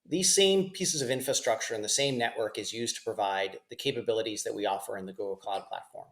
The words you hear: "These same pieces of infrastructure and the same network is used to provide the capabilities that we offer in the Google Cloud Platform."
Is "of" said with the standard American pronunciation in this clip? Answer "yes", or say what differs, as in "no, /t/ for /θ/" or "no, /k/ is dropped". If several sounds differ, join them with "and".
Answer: yes